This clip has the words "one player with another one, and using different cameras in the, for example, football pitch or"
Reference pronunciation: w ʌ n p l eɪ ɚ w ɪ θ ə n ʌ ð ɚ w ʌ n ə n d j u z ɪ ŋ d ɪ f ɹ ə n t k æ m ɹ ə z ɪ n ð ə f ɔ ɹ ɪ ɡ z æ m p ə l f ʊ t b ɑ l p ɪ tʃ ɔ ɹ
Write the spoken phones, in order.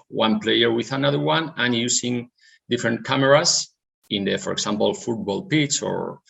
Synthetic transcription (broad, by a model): w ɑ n p l eɪ ɚ w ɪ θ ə n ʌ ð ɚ w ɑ n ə n j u s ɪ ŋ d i f ɹ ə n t k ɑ m ɹ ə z ɪ n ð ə f ɔ ɹ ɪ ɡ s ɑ m p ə l f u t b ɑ l p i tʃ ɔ ɹ